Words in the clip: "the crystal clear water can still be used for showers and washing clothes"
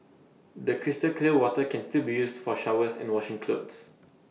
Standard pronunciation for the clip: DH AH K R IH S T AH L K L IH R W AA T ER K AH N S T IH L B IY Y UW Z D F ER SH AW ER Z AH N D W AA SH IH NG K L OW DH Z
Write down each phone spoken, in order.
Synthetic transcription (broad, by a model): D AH K R IH S T AH L K L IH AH W AA T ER K AH N S T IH L B IY Y UW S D F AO SH AW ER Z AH N W AA SH IH NG K L OW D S